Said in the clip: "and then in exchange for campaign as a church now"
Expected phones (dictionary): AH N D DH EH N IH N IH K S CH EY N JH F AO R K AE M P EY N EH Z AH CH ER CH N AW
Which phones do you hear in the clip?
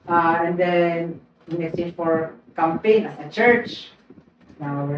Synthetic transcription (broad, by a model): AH N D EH N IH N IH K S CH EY JH F AO R K AE M P EY N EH AH CH ER CH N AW